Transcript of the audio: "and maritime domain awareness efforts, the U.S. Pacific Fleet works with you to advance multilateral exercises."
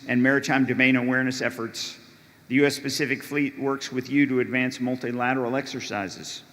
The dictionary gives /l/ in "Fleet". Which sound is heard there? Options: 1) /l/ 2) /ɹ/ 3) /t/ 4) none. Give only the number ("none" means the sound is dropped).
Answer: 1